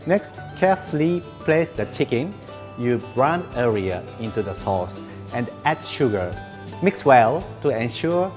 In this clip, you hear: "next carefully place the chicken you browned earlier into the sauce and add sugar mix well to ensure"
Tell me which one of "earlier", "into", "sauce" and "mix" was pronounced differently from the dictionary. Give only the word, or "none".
earlier